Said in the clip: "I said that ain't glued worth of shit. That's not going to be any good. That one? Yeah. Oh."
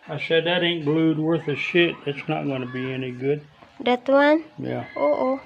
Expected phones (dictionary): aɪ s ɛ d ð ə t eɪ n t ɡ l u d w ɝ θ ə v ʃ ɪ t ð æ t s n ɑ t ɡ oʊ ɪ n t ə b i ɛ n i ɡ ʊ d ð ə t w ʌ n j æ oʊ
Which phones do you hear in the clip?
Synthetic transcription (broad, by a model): aɪ s ɛ d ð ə t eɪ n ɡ l u d w ɝ θ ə ʃ ɪ t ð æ t s n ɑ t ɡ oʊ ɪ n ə b i ɛ n i ɡ ʊ d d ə t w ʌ n j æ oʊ